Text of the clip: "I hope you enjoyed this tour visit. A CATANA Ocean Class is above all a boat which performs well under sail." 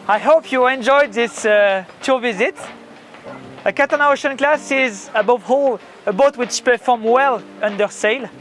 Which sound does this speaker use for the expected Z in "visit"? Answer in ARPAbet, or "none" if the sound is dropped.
Z